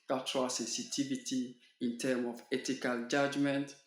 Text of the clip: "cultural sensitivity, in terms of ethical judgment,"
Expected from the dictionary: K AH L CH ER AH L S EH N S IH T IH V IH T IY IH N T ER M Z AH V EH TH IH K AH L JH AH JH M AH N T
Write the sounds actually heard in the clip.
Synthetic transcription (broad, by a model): K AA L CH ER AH L S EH N S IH T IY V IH T IY IH N T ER M AH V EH T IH K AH L JH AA JH M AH N T